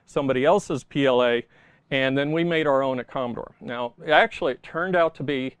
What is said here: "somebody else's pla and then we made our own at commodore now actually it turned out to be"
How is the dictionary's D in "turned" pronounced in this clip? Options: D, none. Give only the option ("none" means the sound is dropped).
D